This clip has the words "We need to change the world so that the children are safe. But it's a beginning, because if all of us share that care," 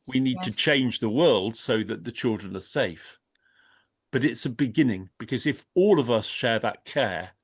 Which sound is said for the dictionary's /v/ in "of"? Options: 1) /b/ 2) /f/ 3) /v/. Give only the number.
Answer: 3